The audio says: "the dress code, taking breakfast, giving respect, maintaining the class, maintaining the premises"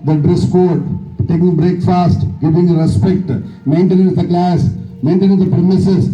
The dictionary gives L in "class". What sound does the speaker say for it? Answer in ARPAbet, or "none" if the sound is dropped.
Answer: L